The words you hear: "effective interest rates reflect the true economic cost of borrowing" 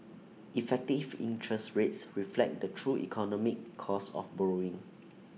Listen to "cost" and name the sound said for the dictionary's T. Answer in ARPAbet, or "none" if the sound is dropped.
none